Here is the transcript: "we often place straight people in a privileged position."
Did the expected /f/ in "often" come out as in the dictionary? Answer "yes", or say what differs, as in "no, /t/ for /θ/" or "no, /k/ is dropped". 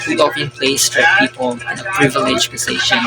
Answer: no, /p/ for /f/